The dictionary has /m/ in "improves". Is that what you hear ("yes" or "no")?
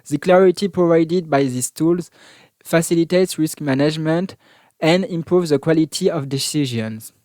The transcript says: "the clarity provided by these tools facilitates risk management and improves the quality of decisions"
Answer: yes